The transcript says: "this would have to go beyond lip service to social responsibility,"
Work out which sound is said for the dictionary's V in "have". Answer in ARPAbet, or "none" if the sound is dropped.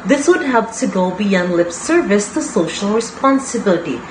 P